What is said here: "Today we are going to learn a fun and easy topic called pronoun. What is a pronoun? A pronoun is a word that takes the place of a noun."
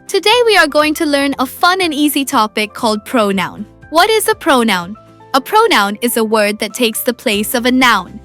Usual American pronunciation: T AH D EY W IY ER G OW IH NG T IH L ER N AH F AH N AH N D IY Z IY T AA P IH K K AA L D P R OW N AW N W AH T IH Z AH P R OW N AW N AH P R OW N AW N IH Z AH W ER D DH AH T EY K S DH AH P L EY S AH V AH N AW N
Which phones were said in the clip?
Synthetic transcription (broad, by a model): T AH D EY W IY ER G OW IH NG T IH L ER N AH F AH N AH N IY Z IY T AA P IH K K AA L D P R OW N AW N W AH T IH Z AH P R OW N AW N AH P R OW N AW N IH Z AH W ER D DH AH T EY K S DH AH P L EY S AH V AH N AW N